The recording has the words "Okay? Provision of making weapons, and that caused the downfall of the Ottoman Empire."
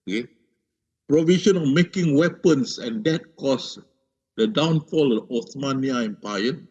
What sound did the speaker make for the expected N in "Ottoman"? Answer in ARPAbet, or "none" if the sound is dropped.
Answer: none